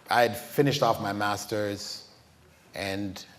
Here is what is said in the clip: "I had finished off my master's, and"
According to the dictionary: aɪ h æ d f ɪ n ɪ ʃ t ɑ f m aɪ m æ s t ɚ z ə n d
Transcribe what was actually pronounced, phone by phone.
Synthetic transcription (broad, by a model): aɪ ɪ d f ɪ n ɪ ʃ t ɑ f m aɪ m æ s t ɚ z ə n